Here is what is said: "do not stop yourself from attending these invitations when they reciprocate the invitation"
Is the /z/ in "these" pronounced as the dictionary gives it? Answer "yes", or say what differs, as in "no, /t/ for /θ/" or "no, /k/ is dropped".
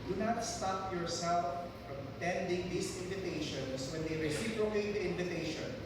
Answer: no, /s/ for /z/